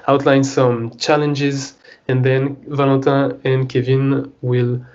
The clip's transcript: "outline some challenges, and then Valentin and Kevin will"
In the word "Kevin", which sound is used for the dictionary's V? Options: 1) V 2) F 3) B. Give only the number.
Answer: 1